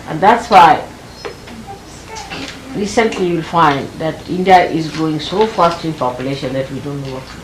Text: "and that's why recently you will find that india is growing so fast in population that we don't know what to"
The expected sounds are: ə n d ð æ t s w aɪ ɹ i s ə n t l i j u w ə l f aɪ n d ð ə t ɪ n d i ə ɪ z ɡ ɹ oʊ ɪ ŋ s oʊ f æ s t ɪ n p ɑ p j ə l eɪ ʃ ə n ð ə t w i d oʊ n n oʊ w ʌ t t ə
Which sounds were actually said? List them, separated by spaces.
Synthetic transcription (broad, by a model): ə n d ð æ t s w aɪ ɹ i s ə n t l i w ə l f aɪ n d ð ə t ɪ n d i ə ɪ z ɡ ɹ oʊ ɪ ŋ s oʊ f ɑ s t ɪ n p ɑ p j ə l eɪ ʃ ə n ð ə t w i d oʊ n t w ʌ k